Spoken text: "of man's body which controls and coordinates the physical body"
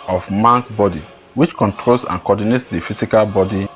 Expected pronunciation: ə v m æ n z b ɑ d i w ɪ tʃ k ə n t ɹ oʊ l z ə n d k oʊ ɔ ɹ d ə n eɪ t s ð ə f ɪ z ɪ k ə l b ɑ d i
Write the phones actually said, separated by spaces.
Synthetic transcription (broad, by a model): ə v m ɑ n s b ɑ d i w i tʃ k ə n t ɹ oʊ l s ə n k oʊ ɔ d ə n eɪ t s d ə f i s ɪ k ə l b ɑ d i